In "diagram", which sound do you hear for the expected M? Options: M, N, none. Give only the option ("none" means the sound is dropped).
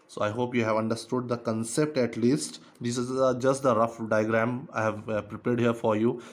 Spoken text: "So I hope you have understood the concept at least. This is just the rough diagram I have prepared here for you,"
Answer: M